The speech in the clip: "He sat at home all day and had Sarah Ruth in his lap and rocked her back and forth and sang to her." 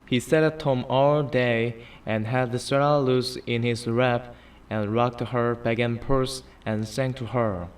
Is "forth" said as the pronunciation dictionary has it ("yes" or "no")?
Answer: no